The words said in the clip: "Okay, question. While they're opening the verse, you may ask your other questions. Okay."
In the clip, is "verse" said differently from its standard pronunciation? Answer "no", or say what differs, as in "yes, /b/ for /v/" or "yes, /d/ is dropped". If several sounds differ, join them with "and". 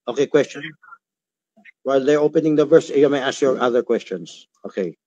no